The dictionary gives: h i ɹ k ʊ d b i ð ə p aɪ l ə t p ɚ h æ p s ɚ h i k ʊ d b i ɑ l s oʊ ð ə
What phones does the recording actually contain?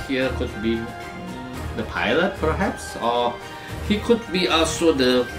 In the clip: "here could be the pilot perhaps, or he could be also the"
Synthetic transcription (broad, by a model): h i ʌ k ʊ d b i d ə p aɪ l ə t p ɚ h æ p s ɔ h i k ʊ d b i ɑ l s oʊ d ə